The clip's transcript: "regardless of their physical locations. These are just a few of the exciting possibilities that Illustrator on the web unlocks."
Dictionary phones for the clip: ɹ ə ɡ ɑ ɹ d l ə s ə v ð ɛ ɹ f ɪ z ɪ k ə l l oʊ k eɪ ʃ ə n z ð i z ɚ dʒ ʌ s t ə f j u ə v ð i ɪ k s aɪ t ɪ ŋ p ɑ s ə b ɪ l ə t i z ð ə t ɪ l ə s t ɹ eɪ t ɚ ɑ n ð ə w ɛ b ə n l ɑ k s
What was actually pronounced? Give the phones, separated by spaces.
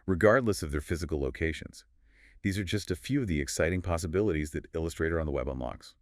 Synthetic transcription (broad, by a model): ɹ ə ɡ ɑ ɹ d l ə s ə v ð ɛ ɹ f ɪ z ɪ k l l oʊ k eɪ ʃ ə n z ð i z ɚ dʒ ʌ s t ə f j u ə v ð i ɪ k s aɪ t ɪ ŋ p ɑ s ə b ɪ l ə t i z ð ə t ɪ l ə s t ɹ eɪ t ɚ n ð ə w ɛ b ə n l ɑ k s